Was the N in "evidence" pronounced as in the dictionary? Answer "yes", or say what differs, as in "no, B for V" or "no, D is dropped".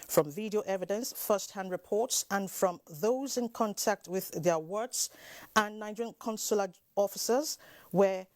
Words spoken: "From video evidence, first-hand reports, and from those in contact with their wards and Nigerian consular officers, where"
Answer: yes